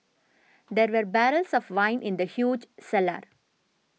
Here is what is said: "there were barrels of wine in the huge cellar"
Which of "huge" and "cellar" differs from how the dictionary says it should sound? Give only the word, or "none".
none